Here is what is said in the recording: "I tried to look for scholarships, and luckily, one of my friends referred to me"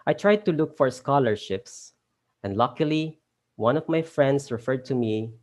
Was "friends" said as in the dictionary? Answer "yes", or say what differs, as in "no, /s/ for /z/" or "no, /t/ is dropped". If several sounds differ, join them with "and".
no, /s/ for /z/